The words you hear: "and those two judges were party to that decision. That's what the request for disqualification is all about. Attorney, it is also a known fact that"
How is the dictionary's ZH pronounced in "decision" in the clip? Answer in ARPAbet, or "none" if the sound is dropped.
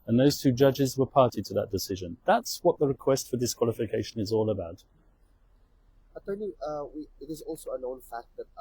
ZH